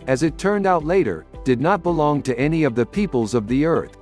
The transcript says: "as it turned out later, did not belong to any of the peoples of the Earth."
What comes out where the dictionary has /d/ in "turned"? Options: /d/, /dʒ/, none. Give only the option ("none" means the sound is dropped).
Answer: /d/